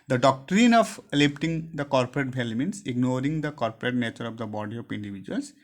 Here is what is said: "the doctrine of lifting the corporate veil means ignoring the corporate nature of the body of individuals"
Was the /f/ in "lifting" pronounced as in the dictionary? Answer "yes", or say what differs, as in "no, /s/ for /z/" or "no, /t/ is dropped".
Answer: no, /p/ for /f/